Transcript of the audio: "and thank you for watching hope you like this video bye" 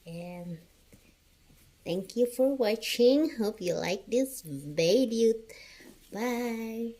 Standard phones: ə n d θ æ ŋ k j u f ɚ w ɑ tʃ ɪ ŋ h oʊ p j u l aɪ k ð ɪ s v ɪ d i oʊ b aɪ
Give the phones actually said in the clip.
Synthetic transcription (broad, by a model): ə n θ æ ŋ k j u f ɚ w ɑ tʃ ɪ ŋ h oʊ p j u l aɪ k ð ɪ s b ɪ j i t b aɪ